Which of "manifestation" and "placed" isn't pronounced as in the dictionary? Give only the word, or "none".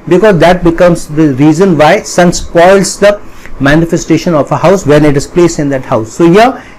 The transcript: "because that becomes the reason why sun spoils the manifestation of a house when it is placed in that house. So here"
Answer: placed